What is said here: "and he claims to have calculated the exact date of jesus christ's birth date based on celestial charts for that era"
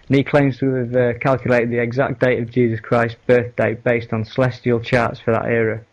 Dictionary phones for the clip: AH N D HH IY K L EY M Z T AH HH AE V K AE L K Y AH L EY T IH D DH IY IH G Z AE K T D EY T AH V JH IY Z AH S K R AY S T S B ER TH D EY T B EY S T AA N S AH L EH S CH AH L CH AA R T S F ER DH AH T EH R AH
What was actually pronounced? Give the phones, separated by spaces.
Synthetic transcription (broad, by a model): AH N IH K L EY M Z T AH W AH V K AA L K Y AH L EY T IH D DH IY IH G Z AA K D EY T AH V JH IY Z AH S K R AY S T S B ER TH D EY T B EY S T N S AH L EH S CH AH L CH AA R T S F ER DH AH T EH R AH